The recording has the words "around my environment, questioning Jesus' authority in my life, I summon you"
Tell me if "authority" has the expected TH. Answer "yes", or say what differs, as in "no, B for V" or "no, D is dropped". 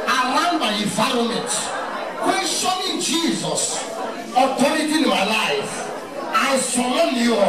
no, T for TH